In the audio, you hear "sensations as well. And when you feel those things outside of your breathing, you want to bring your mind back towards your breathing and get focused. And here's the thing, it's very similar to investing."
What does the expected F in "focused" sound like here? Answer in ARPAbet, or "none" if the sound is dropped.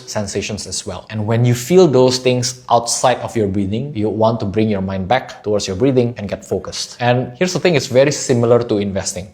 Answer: F